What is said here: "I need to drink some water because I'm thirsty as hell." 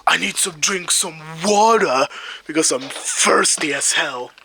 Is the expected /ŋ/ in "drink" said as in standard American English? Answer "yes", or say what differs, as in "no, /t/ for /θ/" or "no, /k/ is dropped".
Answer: yes